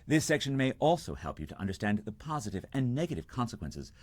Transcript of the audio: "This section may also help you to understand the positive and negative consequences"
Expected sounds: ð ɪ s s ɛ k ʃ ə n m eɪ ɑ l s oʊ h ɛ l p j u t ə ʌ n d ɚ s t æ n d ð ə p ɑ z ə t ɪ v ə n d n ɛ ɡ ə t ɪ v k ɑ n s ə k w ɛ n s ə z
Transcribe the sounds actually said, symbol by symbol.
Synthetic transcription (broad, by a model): ð ɪ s s ɛ k ʃ ə n m eɪ ɑ l s oʊ h ɛ l p j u t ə ʌ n d ɚ s t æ n ð ə p ɑ z ə t ɪ v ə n n ɛ ɡ ə t ɪ v k ɑ n s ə k w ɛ n s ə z